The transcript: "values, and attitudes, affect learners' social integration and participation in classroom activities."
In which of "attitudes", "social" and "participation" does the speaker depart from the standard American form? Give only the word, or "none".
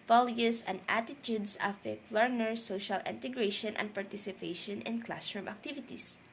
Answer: attitudes